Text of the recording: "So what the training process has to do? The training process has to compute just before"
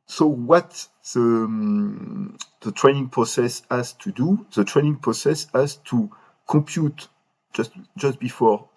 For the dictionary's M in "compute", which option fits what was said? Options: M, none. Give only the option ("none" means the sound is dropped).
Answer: none